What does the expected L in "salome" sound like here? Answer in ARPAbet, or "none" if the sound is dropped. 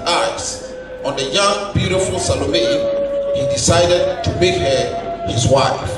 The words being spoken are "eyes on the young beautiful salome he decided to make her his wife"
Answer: L